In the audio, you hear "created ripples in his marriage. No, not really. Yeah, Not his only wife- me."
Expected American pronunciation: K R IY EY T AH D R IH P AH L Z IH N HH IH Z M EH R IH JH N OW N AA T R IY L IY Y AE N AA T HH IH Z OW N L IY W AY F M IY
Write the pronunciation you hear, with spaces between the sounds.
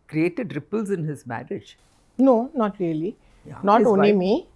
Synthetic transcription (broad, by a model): K R IY EY T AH D R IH P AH L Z IH N HH IH Z M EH R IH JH N OW N AA T R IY IY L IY N AA T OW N IY M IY